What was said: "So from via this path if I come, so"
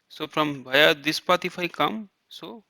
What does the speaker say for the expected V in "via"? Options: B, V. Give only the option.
B